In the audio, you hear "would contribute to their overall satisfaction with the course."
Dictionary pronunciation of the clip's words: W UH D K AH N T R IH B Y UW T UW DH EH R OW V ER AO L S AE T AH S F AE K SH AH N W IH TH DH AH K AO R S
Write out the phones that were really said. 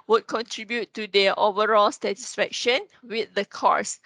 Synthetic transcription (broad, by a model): W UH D K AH N T R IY B Y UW T UW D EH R OW V ER AO L S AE T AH S F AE K SH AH N W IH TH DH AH K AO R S